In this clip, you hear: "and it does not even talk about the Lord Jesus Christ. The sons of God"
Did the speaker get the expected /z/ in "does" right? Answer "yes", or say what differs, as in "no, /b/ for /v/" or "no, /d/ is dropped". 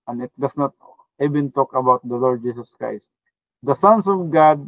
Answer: no, /s/ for /z/